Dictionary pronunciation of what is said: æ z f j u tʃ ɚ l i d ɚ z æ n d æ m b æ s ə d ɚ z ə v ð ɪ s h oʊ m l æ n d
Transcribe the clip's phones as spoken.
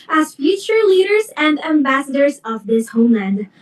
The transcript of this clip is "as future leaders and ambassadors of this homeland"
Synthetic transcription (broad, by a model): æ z f j u tʃ ɚ l i d ɚ z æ n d æ m b æ s ə d ɚ z ə v ð ɪ s h oʊ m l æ n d